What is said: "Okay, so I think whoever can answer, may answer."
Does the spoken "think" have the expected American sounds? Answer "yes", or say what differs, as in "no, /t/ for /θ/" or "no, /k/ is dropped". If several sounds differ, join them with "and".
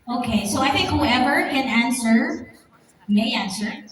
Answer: yes